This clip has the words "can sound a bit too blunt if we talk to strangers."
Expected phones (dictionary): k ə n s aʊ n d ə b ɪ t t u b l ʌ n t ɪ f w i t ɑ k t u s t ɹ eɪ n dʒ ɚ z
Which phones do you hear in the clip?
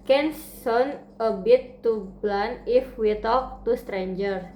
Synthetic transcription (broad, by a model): k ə n s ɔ n ə b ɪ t t u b l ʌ n ɪ f w i t ɑ k t u s t ɹ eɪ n dʒ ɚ